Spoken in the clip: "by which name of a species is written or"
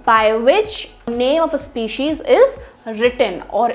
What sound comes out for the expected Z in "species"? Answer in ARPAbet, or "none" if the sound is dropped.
Z